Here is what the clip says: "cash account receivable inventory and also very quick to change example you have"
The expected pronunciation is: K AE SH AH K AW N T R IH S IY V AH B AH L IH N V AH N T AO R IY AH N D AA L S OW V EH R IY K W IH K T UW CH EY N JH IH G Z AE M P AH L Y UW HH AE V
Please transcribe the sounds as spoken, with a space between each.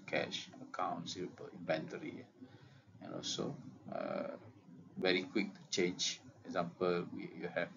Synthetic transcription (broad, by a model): K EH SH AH K AW N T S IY AH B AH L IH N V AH N T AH R IY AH N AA L S OW V EH R IY K W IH K T UW CH EY N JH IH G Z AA M P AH L Y UW HH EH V